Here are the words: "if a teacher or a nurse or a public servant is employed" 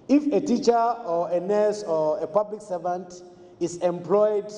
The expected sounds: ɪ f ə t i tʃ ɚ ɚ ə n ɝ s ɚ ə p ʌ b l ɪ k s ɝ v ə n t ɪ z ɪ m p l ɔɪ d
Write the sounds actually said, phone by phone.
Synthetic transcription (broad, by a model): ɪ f ə t i tʃ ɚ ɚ ə n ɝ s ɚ ə p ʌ b l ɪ k s ɝ v ə n t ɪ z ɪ m p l ɔɪ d